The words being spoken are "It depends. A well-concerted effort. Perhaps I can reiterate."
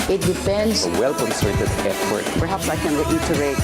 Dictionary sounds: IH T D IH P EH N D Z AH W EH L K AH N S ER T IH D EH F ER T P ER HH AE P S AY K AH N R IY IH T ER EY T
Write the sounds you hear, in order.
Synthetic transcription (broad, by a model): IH T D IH F EH N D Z AH W EH L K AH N S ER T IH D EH P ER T P ER HH AE P S AY K AH N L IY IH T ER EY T